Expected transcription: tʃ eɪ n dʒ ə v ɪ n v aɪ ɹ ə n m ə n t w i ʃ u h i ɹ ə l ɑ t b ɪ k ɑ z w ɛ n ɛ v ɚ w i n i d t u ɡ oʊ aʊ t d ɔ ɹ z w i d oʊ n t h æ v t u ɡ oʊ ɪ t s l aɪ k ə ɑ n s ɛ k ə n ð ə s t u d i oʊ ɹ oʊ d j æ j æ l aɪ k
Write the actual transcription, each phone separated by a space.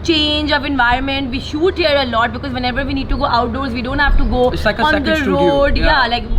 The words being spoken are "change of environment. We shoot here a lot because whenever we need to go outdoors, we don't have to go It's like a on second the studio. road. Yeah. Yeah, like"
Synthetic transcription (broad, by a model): tʃ eɪ n dʒ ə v ɪ n v aɪ ɹ ə n m ə n t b i ʃ u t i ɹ ə l ɑ t b ɪ k ɑ z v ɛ n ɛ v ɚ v i n i d t u ɡ oʊ aʊ t d ɔ ɹ z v i d oʊ n t h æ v t u ɡ oʊ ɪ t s l aɪ k ə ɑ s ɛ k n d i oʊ ɹ oʊ d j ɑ l aɪ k